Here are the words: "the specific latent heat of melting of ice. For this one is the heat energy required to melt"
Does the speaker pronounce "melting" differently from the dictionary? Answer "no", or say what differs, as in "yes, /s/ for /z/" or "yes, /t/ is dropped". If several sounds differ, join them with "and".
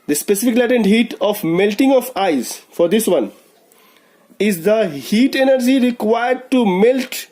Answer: no